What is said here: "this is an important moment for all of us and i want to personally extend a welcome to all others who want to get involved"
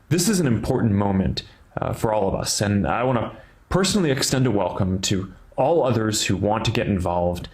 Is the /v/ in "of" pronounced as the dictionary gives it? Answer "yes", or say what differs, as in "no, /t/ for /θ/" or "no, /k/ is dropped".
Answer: yes